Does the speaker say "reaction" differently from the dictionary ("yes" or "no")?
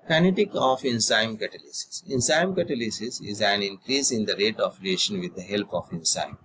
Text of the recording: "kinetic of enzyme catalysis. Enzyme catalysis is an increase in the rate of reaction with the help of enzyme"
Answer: yes